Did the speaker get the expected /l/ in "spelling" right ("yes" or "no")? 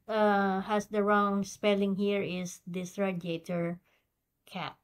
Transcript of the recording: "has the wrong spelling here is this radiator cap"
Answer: yes